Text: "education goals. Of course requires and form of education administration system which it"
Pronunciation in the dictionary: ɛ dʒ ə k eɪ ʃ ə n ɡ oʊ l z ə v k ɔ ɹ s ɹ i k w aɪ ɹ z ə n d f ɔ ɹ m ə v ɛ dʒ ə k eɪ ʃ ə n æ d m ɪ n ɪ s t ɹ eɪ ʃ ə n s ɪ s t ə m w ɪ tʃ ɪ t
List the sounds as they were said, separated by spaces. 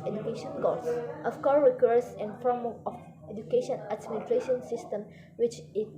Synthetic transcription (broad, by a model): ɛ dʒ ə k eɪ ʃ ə n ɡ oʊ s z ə f k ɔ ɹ ɹ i k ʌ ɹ s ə n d f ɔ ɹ m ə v ɛ dʒ ə k eɪ ʃ ə n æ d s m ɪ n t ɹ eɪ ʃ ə n s ɪ s t ə m w ɪ tʃ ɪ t